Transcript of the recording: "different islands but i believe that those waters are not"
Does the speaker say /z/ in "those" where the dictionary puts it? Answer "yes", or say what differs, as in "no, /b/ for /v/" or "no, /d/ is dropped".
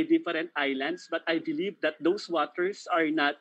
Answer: no, /s/ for /z/